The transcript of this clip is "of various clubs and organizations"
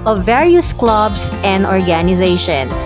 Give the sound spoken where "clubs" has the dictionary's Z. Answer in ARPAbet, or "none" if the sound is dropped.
S